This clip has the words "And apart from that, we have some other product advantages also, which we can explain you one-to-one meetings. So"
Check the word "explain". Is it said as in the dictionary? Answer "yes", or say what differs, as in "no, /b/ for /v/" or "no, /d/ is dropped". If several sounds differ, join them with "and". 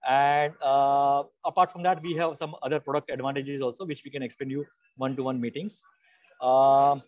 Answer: no, /l/ is dropped